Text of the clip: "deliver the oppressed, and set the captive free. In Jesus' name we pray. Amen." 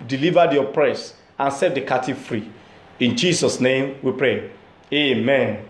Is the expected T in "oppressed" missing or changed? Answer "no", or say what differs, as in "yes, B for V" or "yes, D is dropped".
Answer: yes, T is dropped